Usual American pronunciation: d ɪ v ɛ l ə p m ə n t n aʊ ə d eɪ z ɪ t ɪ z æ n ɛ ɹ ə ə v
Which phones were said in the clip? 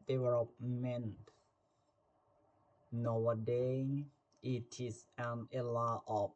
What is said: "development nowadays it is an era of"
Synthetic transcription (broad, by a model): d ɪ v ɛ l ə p m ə n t n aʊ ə d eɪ ɪ t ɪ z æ n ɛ l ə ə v